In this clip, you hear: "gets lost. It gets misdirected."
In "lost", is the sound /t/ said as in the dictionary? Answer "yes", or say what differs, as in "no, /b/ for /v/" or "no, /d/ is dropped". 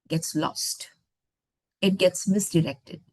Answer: yes